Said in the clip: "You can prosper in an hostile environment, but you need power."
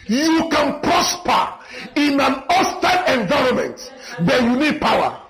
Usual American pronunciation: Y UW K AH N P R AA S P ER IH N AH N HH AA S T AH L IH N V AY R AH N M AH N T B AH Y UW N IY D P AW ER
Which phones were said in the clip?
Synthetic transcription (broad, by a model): Y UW K AH N P R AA S P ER IH N AH N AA S T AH N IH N V AY R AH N M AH N T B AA Y UW N IY D P AW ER